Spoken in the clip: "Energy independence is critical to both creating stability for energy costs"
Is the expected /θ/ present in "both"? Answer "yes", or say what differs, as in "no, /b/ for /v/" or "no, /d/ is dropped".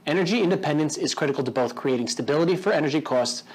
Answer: yes